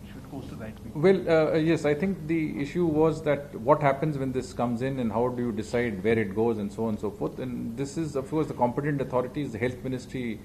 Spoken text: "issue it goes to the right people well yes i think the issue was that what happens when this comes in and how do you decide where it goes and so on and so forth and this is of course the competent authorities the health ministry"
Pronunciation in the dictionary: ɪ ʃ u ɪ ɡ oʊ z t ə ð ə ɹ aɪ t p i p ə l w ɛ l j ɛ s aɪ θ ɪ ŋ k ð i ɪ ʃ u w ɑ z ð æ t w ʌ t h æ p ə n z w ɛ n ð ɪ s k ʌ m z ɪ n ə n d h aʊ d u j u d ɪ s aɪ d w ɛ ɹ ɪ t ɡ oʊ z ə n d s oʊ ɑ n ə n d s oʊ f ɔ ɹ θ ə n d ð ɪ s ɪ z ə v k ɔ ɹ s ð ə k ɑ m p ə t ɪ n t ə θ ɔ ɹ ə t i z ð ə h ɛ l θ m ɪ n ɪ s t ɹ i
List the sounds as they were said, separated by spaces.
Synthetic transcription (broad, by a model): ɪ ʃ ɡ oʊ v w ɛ l j ɛ s aɪ t ɪ ŋ k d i ɪ ʃ u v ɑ z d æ t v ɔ t h æ p ə n z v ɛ n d ɪ s k ʌ m z ɪ n ə n d h aʊ d u j u d ɪ s aɪ d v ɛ ɹ ɪ t ɡ oʊ z ə n d s oʊ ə n s oʊ f ɔ ɹ t ə n d ɪ s ɪ z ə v k ɔ ɹ s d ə k ɑ m p ə t ɪ n t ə t ɔ ɹ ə t i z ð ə h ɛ l t m ɪ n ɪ s t ɹ i